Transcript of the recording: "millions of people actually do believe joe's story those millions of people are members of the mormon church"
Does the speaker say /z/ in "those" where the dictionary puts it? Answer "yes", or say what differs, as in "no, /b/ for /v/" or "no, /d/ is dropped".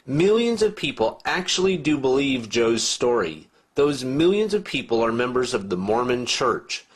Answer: yes